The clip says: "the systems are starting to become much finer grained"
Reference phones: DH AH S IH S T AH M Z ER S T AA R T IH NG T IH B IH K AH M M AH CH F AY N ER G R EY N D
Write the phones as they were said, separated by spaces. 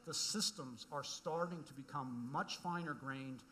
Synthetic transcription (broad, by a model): DH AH S IH S T AH M Z ER S T AA R T IH NG T IH B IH K AH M M AH CH F AY N ER G R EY N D